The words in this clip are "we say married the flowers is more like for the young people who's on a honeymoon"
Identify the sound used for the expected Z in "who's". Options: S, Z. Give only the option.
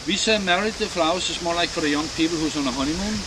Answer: S